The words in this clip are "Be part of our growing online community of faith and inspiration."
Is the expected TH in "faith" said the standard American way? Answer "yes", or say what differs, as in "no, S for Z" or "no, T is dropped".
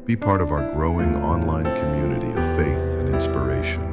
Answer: yes